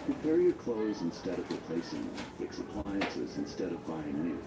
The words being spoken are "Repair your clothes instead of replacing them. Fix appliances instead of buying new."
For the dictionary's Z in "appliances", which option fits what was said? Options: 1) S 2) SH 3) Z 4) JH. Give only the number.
3